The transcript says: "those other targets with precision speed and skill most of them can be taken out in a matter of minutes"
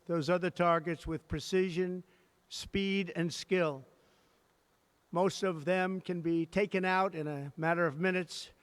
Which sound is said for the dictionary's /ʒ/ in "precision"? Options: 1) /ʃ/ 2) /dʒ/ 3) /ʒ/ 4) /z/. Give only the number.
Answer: 3